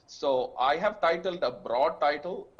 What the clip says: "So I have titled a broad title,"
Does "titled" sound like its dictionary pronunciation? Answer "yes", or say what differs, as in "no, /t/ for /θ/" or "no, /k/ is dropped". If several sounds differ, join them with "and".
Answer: yes